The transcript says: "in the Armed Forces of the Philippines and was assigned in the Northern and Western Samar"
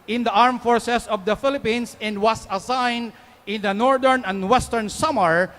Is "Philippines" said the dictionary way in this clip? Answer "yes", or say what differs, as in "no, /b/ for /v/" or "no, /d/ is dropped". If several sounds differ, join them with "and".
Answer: no, /s/ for /z/